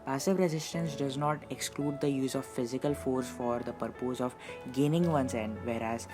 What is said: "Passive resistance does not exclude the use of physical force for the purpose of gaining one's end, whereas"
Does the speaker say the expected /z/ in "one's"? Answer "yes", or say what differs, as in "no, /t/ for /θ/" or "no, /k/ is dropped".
no, /s/ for /z/